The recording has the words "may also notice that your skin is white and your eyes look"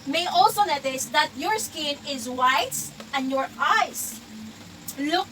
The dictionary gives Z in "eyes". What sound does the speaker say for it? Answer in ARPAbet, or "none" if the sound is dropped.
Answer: S